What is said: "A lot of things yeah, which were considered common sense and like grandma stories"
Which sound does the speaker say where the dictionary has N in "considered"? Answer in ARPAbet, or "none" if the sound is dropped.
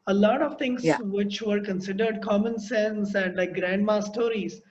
N